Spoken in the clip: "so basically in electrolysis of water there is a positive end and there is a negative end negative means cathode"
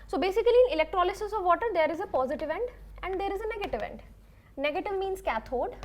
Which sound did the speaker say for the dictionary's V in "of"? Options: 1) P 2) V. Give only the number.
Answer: 2